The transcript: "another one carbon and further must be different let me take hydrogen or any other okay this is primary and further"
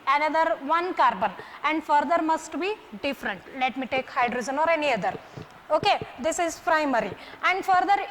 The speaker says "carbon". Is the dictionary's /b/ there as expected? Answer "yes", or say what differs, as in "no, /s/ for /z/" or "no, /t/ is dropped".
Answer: yes